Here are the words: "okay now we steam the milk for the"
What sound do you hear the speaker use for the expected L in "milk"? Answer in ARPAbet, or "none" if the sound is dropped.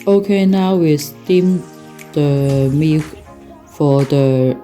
none